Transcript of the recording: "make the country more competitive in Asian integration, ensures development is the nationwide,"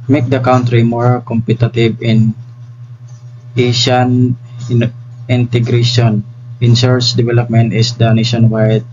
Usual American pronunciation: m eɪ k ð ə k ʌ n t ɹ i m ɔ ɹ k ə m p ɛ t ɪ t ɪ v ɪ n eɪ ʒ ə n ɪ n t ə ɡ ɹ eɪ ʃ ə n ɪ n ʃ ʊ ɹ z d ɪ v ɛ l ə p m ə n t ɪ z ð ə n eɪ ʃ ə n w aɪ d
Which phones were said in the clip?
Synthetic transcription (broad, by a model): m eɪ k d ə k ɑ n t ɹ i m ɔ ɹ k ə m p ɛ t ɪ t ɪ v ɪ n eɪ ʃ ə n ɪ n t ə ɡ ɹ eɪ ʃ ə n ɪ n s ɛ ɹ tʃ d ɪ v ɛ l ə p m ə n t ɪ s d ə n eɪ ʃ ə n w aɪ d